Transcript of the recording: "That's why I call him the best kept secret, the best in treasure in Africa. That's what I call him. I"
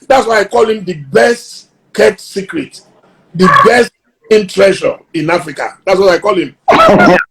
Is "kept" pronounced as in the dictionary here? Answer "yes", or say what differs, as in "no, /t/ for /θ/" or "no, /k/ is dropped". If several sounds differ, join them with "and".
no, /p/ is dropped